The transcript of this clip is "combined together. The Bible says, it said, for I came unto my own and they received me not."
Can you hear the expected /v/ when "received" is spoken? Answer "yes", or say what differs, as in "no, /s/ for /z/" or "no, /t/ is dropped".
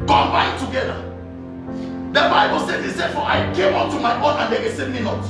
no, /v/ is dropped